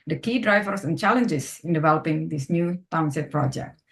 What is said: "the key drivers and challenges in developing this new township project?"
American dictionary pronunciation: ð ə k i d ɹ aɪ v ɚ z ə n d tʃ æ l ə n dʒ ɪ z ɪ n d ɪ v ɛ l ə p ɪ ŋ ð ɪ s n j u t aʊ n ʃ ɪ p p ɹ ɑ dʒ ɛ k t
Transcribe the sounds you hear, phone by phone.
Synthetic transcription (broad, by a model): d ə k i d ɹ aɪ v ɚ s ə n tʃ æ l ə n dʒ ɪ s ɪ n d ɪ v ɛ l ə p ɪ ŋ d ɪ s n j u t aʊ n s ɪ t p ɹ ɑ dʒ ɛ k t